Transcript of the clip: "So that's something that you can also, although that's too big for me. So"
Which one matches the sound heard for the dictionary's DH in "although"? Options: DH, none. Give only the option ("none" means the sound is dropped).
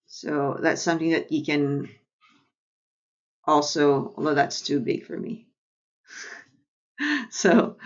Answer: none